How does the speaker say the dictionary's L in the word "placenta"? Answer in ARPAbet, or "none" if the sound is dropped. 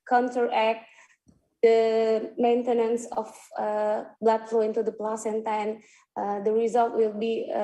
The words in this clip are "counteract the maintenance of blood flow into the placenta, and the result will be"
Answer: L